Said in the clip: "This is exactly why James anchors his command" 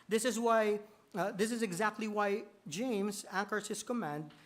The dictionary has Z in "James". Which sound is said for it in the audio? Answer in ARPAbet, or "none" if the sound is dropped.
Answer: Z